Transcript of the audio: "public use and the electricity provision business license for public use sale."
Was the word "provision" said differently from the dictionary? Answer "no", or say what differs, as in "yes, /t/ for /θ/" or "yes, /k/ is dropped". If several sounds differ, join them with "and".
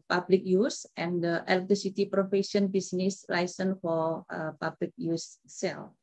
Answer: yes, /f/ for /v/ and /ʃ/ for /ʒ/